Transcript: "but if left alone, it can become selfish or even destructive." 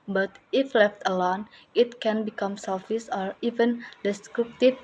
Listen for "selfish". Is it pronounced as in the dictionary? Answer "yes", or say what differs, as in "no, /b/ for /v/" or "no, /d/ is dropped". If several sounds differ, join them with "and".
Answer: no, /s/ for /ʃ/